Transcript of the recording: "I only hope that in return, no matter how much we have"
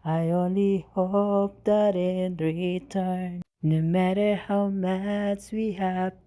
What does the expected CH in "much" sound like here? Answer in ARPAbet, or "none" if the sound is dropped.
S